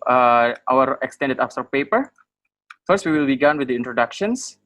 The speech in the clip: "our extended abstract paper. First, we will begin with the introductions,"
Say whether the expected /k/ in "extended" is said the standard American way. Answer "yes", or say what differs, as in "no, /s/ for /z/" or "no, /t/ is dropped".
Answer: yes